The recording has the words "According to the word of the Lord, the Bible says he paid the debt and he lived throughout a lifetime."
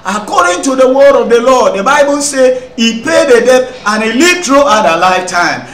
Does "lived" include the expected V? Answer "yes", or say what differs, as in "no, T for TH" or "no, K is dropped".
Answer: no, V is dropped